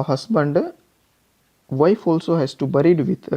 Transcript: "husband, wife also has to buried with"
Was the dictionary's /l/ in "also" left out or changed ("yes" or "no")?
no